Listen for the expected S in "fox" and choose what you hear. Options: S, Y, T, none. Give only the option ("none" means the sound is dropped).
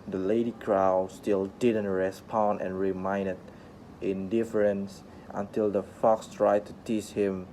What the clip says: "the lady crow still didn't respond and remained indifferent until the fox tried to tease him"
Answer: S